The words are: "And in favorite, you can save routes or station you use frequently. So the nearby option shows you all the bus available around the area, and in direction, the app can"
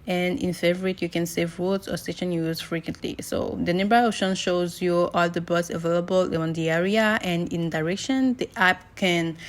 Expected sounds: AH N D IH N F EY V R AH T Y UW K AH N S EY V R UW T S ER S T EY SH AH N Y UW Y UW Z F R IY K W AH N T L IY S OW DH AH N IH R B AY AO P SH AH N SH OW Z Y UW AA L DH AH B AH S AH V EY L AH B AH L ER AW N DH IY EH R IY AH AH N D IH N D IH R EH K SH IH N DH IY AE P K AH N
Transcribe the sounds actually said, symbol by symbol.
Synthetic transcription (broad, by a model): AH N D IH N F EY V R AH T Y UW K AH N S EY V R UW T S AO S T EY SH AH N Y Y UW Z F R IY K W AH N T L IY S OW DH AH N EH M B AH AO SH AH N SH OW Z Y UW AA L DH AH B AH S AH V EY L AH B AH L N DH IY EH R IY AH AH N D IH N D IH R EH K SH IH N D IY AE P K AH N